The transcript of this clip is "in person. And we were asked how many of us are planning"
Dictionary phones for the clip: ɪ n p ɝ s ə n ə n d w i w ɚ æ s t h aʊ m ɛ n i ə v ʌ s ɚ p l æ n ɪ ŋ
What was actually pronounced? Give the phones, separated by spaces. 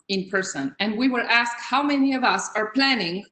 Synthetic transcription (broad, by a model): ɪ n p ɝ s ə n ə n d w i w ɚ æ s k h aʊ m ɛ n i ə v ʌ s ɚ p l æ n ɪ ŋ